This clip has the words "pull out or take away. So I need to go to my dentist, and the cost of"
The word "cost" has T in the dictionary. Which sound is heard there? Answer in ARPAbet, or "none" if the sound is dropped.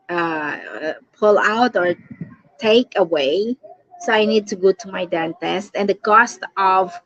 T